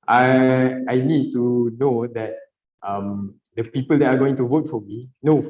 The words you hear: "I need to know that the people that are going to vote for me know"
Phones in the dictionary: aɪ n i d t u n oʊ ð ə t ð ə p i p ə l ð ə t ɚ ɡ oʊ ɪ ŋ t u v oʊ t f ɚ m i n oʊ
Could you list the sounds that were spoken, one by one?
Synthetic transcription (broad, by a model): aɪ n i d t u n oʊ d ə t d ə p i p ə l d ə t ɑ ɡ oʊ ɪ ŋ t u v oʊ t f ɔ m i n oʊ